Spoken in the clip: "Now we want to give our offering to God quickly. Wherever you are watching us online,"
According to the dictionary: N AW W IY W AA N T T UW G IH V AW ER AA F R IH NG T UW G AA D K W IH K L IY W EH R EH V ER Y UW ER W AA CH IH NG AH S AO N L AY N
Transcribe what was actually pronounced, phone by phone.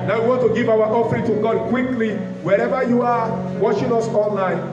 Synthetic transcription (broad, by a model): N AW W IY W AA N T T UW G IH V AW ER AA F R IH NG T UW G AA D K W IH K L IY W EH R EH V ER Y UW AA W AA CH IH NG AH S AO N L AY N